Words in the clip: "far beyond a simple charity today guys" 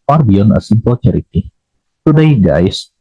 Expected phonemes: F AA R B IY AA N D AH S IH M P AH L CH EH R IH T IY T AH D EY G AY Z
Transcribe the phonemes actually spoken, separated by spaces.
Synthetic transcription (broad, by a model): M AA R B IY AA N AH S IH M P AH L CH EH R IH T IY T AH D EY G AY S